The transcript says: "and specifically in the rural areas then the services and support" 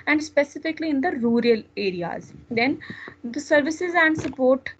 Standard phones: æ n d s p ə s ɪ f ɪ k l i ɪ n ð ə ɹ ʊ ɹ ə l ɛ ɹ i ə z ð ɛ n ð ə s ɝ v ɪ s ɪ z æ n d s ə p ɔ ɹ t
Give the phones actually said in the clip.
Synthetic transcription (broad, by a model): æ n d s p ə s ɪ f ɪ k l i ɪ n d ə ɹ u ɹ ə l ɛ ɹ i ə z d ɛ n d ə s ɝ v ɪ s ɪ z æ n d s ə p ɔ ɹ t